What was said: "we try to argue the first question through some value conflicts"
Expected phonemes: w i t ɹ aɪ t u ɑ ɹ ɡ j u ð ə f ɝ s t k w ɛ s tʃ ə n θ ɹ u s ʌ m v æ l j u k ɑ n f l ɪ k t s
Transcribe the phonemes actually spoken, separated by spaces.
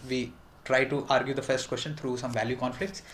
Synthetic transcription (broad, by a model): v i t ɹ aɪ t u ɑ ɹ ɡ j u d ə f ɝ s t k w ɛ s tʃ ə n t ɹ u s ʌ m v æ l j u k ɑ n f l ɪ k t s